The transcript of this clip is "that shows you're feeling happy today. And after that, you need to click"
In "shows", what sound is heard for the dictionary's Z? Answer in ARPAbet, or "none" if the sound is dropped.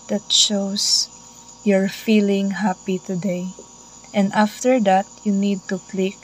S